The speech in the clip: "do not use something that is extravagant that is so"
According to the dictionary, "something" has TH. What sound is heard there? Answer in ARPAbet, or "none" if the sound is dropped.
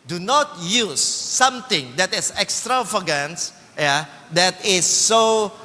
T